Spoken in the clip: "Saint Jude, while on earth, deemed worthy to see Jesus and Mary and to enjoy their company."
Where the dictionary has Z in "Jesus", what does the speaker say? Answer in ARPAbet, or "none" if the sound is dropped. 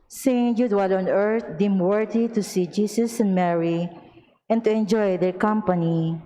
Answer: S